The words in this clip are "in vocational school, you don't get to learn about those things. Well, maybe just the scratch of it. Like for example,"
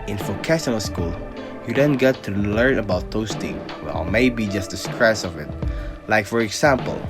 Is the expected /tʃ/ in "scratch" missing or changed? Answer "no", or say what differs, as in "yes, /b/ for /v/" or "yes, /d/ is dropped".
yes, /s/ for /tʃ/